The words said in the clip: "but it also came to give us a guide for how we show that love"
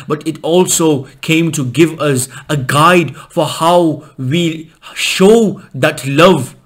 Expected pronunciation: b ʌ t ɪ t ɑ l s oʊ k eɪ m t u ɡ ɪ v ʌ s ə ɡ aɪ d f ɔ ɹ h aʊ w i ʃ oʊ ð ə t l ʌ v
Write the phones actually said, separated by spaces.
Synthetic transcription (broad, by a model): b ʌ t ɪ t ɑ l s oʊ k eɪ m t u ɡ ɪ v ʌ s ə ɡ aɪ d f ɔ ɹ h aʊ w i ʃ oʊ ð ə t l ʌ v